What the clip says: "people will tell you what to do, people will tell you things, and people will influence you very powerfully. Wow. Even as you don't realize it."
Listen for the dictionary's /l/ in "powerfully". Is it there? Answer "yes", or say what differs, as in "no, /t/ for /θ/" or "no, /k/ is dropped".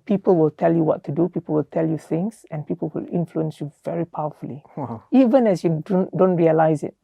no, /l/ is dropped